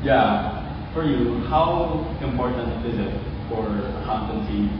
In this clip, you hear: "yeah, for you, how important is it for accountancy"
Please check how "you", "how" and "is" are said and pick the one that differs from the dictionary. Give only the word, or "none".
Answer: none